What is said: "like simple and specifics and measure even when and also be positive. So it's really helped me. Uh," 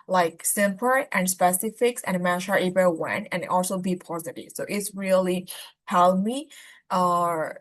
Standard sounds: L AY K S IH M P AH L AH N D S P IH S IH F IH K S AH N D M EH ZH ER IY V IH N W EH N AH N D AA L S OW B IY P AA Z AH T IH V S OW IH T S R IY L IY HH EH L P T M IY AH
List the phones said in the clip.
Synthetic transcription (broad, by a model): L AY K S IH M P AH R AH N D S P IH S IH F IH K S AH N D M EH SH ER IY B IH W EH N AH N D AA L S OW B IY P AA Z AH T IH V S OW IH T S R IY L IY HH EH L M IY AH